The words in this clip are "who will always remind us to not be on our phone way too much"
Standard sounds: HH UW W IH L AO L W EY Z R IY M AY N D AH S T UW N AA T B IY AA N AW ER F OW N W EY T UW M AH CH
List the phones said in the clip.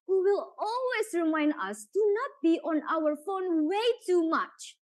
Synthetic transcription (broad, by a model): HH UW W IH L AO L W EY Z R IY M AY N D AH S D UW N AA T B IY AA N AW ER F OW N W EY T UW M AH CH